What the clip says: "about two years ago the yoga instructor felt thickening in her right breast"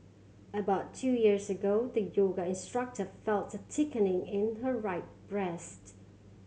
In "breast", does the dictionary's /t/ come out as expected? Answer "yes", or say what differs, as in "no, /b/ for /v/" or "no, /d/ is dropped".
yes